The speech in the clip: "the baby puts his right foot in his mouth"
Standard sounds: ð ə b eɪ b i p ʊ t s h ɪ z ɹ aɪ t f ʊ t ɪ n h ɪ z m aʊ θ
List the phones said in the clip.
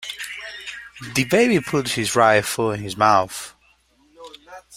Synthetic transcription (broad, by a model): ð ə b eɪ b i p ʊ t h ɪ z ɹ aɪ f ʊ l ɪ n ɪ z m aʊ θ